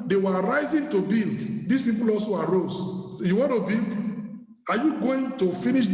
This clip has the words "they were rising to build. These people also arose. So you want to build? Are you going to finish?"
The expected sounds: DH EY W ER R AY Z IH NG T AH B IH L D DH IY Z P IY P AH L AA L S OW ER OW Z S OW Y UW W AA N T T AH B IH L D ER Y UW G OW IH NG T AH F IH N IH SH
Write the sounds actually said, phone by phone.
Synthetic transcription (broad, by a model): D EY W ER R AY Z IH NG T AH B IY L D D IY S P IY P AH L AA L S OW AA OW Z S Y UW W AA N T T AH B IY L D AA Y UW G OW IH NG T AH F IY N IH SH